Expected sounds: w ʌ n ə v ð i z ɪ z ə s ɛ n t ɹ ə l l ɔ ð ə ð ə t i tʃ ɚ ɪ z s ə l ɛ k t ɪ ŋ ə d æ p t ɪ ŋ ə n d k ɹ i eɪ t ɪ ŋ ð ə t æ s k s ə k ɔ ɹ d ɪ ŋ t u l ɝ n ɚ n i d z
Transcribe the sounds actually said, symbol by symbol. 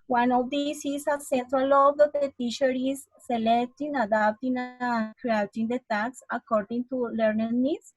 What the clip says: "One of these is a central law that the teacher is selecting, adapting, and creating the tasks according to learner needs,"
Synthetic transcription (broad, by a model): w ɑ n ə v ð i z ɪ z ə s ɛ n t ɹ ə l l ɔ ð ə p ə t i ʃ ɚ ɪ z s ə l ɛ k t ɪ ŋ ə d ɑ p t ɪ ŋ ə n k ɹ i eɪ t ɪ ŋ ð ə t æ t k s ə k ɔ ɹ d ɪ ŋ t u l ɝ n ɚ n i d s